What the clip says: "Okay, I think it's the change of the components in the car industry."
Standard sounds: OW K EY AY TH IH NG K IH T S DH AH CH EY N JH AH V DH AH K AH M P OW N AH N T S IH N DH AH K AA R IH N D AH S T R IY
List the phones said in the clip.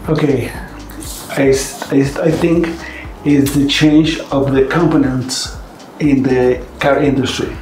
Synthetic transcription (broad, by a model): OW K EY AY TH IH NG K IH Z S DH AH CH EY N JH AH V DH AH K AH M P OW N AH N T S IH N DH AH K AA R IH N D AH S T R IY